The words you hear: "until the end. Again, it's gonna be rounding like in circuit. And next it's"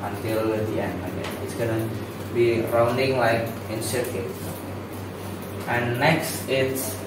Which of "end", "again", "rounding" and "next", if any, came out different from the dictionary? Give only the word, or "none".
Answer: again